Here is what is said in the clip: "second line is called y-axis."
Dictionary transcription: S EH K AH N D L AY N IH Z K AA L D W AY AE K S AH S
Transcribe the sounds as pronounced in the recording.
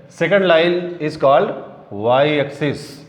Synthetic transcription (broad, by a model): S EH K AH N D L AY L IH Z K AA L D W AY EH K S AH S